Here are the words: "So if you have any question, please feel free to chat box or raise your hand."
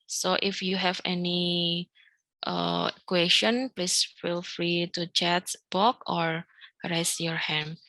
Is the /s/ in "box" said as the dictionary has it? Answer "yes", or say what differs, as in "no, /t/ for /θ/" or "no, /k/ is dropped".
no, /s/ is dropped